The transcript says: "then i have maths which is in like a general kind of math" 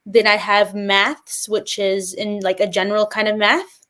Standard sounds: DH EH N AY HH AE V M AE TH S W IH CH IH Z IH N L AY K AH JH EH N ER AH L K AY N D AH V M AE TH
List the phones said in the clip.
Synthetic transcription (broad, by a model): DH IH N AY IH V M AE TH S W IH CH IH Z IH N L AY K AH JH EH N ER L K AY N D AH V M AE TH